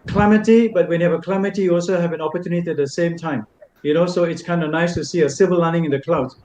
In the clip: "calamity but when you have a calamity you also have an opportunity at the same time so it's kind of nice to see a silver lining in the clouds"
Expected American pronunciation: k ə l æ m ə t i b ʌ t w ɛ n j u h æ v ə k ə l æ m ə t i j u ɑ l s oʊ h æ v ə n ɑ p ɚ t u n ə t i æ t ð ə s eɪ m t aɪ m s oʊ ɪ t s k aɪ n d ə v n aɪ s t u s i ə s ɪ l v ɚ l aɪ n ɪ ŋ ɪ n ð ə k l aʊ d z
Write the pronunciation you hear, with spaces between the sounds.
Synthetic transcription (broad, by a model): k l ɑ m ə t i b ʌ t w ɛ n j u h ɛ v ə k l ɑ m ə t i j u ɑ l s oʊ h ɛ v ə n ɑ p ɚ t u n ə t i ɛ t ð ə s eɪ m t aɪ m s oʊ ɪ t s k aɪ n d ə n aɪ s t u s i ə s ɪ v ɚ l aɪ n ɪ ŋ ɪ n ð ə k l aʊ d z